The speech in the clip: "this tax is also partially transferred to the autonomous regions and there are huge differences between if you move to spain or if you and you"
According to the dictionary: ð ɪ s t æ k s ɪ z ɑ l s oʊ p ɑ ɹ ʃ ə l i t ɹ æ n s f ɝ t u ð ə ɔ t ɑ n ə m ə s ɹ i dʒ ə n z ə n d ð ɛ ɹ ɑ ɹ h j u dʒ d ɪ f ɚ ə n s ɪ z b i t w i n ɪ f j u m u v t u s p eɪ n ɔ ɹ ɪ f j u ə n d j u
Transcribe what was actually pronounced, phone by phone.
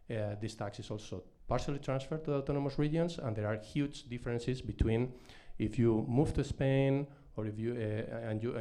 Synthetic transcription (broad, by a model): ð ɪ s t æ k s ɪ s ɑ l s oʊ p ɑ ɹ ʃ ə l i t ɹ æ n s f ɝ t u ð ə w t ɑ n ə m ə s ɹ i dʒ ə n s ə n d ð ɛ ɹ ɑ ɹ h j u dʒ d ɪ f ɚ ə n s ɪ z b i t w i n ɪ f j u m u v t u s p eɪ n ɔ ɹ ɪ f j u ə n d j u